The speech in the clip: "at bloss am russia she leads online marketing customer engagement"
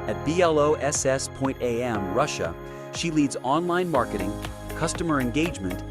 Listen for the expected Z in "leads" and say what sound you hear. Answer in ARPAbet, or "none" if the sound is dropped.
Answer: Z